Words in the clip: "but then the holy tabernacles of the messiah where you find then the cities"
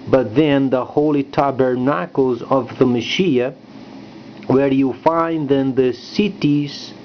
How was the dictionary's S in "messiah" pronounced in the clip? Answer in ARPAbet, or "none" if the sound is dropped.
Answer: SH